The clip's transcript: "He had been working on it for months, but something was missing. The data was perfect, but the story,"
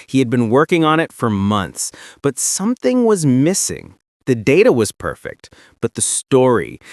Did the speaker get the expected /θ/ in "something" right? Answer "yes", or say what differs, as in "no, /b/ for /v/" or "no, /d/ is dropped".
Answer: yes